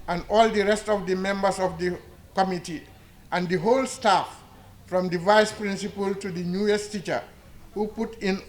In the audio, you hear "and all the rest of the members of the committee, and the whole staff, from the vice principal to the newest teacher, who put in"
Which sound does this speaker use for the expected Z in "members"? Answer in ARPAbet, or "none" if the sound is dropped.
S